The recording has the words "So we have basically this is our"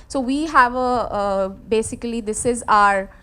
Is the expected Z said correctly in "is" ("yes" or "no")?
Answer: yes